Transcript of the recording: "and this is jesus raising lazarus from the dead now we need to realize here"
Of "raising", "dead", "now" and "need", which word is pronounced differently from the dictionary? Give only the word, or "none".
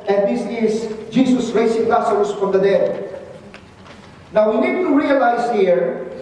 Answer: raising